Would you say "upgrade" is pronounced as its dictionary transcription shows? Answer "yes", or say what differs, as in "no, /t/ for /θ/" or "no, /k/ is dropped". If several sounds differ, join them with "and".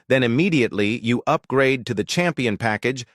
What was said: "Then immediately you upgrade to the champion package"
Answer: yes